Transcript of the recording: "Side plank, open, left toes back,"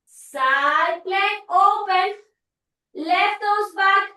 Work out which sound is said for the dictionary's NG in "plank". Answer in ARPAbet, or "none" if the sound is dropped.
none